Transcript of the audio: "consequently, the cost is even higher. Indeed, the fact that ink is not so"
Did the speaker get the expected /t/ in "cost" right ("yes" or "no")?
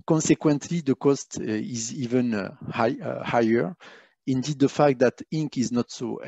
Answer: yes